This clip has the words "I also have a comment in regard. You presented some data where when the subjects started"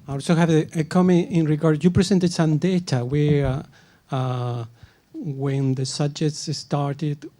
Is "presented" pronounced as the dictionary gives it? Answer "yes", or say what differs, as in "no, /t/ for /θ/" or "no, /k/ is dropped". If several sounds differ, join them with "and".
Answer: no, /s/ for /z/